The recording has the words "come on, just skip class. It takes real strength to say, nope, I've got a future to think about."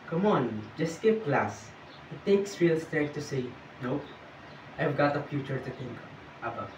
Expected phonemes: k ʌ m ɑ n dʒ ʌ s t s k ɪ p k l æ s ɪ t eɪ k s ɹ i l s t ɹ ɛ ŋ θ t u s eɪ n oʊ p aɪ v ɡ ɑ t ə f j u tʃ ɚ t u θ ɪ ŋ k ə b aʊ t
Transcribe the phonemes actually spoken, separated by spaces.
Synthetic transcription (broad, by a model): k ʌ m ɑ n dʒ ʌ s s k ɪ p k l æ s ɪ t eɪ k s ɹ i l s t ɛ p t u s eɪ n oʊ aɪ v ɡ ɑ t ə f j u tʃ ɚ t u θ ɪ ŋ k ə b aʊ